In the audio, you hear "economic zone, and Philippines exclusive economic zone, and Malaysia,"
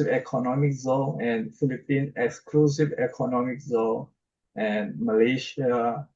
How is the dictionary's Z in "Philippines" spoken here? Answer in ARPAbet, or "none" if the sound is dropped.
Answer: none